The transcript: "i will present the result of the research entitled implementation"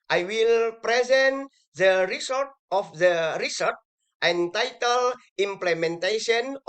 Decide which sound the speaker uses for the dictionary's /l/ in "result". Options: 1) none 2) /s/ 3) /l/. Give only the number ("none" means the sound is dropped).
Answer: 1